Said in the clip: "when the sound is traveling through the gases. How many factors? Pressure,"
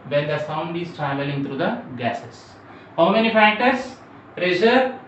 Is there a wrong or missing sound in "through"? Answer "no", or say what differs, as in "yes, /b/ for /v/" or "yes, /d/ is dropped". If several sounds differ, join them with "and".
yes, /t/ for /θ/